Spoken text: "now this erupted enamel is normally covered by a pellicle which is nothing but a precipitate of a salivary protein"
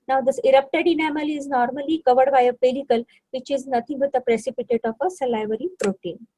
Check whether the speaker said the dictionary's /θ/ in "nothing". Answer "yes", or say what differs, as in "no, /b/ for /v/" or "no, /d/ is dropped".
no, /t/ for /θ/